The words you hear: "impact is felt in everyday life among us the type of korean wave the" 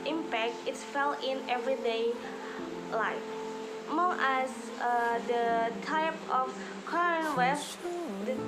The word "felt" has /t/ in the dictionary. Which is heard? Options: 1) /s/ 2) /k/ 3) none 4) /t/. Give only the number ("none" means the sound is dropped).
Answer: 3